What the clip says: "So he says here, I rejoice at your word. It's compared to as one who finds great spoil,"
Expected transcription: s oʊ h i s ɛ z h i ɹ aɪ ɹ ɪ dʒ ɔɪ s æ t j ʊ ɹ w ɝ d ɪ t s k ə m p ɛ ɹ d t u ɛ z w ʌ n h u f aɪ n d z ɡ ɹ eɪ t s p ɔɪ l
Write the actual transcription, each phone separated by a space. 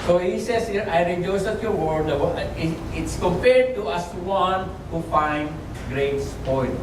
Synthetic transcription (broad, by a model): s oʊ h i s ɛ s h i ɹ aɪ ɹ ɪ dʒ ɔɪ s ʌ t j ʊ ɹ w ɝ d ɪ t s k ə m p ɛ ɹ d t u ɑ s w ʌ n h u f aɪ n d ɡ ɹ eɪ t s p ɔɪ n